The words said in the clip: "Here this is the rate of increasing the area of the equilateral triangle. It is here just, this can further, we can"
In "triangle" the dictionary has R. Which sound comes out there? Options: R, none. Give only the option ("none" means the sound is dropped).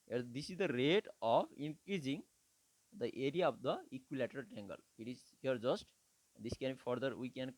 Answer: none